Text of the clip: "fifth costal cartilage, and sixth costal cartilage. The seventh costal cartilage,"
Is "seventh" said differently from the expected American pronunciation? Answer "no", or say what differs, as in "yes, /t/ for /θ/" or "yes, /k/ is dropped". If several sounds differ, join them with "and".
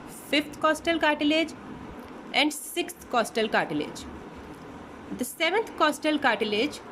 yes, /t/ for /θ/